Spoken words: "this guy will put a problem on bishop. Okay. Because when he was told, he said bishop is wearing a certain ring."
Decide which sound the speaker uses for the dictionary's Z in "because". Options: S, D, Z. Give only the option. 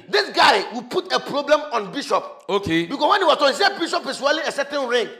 S